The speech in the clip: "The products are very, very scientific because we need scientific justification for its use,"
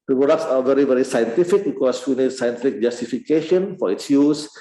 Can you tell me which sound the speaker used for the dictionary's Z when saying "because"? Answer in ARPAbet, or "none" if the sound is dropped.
S